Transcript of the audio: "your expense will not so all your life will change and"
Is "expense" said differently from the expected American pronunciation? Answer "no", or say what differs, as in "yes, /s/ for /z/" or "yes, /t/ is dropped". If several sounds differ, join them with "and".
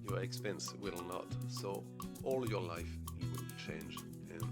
no